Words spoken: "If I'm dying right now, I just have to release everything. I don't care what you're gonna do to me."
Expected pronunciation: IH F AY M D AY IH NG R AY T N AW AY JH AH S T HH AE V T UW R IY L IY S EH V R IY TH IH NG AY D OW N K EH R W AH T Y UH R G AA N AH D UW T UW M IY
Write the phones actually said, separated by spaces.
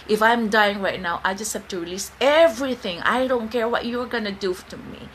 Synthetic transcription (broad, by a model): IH F AY M D AY IH NG R AY T N AW AY JH AH S T HH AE F T UW R IY L IY S EH V R IY TH IH NG AY D OW N K EH R W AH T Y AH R G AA N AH D UW T UW M IY